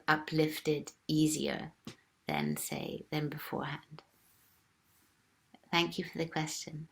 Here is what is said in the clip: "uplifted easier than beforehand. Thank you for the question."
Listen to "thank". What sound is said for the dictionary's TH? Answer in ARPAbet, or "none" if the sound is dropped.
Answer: TH